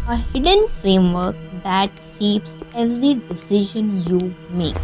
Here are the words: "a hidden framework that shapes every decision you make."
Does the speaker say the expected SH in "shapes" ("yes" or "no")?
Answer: no